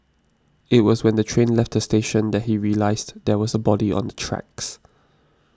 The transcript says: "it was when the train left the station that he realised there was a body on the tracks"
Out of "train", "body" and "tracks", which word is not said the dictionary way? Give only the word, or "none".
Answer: none